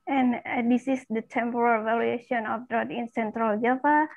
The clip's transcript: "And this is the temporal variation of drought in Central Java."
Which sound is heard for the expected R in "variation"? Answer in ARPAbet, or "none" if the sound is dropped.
L